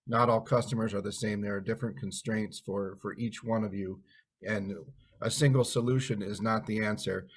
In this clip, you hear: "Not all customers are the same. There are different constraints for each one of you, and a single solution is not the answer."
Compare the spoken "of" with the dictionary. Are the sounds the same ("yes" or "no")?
yes